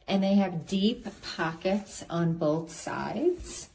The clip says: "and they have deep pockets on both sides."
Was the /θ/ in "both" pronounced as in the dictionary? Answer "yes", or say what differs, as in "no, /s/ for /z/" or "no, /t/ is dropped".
yes